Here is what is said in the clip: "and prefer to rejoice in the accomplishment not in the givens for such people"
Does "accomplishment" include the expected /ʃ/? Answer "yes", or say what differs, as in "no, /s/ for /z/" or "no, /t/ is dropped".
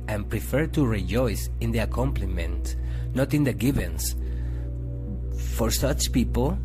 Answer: no, /ʃ/ is dropped